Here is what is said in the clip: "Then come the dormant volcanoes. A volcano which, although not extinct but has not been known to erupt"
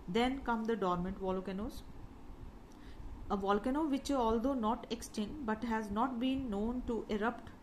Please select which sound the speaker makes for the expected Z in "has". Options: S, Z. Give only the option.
Z